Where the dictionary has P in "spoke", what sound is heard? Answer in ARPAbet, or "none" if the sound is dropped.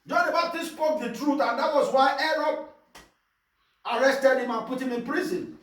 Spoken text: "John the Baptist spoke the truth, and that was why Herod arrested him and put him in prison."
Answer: P